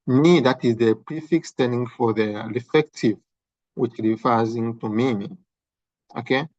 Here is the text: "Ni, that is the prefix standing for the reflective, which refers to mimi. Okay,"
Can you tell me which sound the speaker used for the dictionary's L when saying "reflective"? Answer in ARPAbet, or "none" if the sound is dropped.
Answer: none